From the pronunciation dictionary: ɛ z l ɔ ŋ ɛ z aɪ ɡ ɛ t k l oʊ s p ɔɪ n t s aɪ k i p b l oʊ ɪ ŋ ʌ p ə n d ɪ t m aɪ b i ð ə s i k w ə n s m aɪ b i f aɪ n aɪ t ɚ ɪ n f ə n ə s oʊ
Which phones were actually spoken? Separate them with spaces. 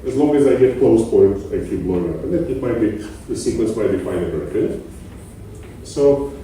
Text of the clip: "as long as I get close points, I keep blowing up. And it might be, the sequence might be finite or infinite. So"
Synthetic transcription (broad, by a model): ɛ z l ɔ ŋ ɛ z aɪ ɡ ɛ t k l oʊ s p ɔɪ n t aɪ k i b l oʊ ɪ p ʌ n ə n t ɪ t m aɪ b i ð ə s i k w ə n s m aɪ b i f aɪ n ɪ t ɚ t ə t s oʊ